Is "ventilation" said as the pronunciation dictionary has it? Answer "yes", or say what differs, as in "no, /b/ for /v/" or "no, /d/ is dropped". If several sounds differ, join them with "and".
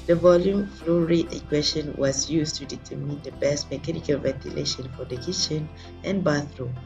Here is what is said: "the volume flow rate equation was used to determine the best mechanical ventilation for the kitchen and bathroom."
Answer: yes